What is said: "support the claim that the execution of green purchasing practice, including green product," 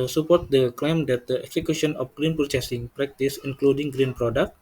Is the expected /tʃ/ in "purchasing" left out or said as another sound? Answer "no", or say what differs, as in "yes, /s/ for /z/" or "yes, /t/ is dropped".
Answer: yes, /s/ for /tʃ/